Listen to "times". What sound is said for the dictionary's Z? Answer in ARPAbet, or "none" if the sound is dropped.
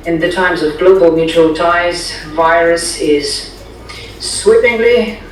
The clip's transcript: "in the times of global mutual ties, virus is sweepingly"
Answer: Z